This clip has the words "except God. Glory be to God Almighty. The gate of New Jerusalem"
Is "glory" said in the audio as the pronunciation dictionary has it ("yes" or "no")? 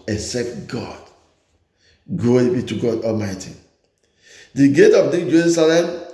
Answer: no